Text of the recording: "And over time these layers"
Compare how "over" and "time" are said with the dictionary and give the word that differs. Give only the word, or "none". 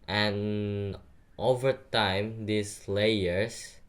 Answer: none